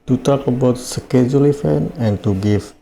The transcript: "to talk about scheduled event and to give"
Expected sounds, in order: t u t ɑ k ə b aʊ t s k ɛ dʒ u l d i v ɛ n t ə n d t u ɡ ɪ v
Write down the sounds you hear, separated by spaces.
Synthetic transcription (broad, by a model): t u t ɑ k ə b aʊ t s k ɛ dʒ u l i f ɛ n ə n t u ɡ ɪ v